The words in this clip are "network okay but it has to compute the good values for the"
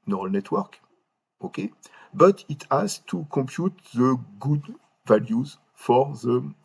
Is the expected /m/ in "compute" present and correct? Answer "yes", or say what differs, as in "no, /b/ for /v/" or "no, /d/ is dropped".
no, /m/ is dropped